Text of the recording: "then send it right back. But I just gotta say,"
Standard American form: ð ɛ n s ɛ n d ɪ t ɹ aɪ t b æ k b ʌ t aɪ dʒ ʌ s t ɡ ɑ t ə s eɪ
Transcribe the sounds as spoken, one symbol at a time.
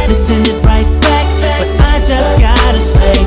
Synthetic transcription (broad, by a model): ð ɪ s ɛ n d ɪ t ɹ aɪ t b æ k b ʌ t aɪ dʒ ʌ s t ɡ ɑ t ə s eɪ